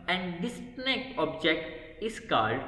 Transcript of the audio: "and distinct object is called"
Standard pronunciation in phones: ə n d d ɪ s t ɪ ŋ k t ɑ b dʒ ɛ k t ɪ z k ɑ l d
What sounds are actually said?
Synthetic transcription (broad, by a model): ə n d d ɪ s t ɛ k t ɑ b dʒ ɛ k t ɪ s k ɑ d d